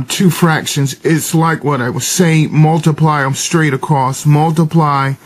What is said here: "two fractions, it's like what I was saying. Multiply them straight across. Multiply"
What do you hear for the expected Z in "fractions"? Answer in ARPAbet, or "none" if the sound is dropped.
Z